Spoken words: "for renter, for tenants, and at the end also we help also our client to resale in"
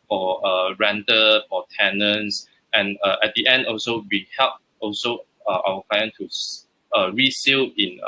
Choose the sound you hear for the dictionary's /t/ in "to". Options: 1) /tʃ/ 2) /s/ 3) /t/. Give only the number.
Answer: 2